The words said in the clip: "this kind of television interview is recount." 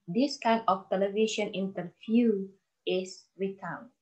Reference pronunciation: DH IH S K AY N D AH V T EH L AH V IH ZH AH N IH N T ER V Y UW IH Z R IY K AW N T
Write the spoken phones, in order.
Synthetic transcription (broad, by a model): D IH S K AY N AH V T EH L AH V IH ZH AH N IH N T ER F Y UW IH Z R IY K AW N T